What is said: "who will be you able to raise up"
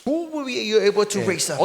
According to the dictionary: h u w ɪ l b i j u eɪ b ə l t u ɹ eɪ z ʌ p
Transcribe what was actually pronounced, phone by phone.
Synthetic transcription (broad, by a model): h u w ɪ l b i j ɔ eɪ b ə l t u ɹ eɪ s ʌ